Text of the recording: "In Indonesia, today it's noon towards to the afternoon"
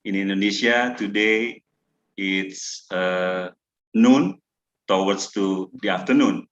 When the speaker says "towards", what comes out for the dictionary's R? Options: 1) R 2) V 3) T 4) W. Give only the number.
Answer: 4